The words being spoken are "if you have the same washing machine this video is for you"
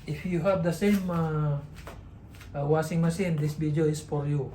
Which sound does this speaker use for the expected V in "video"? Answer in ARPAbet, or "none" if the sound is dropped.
B